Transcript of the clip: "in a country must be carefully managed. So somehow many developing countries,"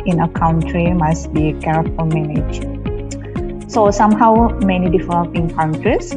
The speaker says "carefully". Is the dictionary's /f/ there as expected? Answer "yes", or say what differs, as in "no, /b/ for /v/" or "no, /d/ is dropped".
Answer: no, /f/ is dropped